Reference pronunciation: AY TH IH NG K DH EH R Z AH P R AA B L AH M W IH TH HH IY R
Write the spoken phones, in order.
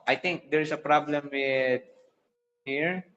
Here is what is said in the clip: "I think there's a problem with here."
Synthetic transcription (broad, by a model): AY T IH NG K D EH R S AH P R AA B L AH M W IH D HH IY R